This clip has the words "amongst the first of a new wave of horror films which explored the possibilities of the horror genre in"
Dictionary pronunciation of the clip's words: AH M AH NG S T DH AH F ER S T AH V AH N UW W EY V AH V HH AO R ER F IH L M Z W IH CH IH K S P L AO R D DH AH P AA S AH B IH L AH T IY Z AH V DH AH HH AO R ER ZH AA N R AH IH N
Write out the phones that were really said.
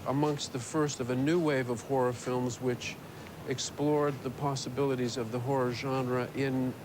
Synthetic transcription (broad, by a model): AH M AH NG S T DH AH F ER S T AH V AH N UW W EY V AH V HH AO R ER F IH L M Z W IH CH IH K S P L AO R D DH AH P AA S AH B IH L AH T IY Z AH V DH AH HH AO R ER ZH AA N R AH IH N